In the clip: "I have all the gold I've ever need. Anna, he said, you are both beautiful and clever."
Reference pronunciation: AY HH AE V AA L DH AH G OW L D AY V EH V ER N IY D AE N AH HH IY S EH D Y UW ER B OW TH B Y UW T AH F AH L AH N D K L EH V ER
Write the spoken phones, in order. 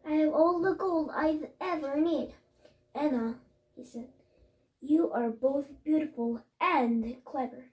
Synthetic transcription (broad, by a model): AY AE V AA L DH AH G OW L D AY V EH V ER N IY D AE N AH HH IY S EH D Y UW ER B OW TH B Y UW T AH F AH L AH N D K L EH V ER